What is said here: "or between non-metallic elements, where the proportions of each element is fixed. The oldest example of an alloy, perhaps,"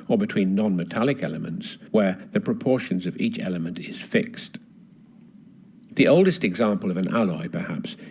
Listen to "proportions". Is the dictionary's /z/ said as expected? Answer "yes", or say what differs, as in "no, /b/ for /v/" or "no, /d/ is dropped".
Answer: yes